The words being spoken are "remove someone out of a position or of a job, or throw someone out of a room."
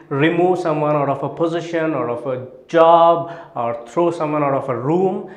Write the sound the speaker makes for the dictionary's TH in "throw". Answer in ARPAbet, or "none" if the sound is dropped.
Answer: T